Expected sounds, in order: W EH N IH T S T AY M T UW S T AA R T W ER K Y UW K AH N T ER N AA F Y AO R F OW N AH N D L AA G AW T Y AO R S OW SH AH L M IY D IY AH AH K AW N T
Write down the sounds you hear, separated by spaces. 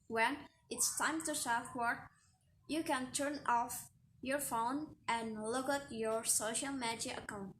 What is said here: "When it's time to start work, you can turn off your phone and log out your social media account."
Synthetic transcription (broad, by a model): W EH N IH T S T AY M T UW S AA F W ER Y UW K AH N T ER N AA F Y AO R F OW N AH N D L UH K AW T Y AO R S OW SH AH L M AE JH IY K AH K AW N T